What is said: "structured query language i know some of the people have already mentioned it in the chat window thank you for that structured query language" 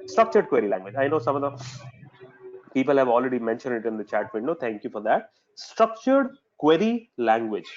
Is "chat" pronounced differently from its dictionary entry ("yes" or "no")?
no